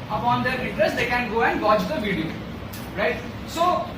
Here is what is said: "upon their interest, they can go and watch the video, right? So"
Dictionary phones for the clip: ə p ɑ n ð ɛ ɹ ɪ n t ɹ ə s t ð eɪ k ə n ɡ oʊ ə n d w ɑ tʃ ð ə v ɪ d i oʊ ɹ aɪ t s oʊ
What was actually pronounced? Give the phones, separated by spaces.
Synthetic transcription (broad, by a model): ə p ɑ n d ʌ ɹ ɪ t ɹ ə s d eɪ k ə n ɡ oʊ ə n d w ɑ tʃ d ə v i d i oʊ ɹ aɪ t s oʊ